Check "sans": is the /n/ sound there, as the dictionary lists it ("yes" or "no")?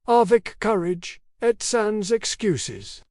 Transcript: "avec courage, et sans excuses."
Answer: yes